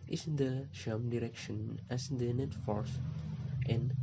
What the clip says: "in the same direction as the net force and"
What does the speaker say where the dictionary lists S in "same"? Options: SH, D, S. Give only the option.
SH